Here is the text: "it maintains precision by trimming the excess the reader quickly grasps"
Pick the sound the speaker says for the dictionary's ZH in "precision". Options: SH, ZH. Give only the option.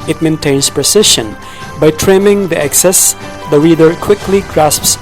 SH